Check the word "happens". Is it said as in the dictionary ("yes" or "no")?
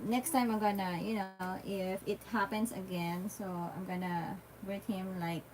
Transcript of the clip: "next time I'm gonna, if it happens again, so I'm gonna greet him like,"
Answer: no